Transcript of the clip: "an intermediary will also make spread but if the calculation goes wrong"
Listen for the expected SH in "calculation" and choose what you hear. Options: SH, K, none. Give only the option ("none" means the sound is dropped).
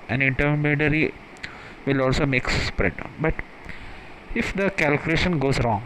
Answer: SH